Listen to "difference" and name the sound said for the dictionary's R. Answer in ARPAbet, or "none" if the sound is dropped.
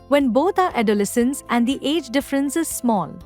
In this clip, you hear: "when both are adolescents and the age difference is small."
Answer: R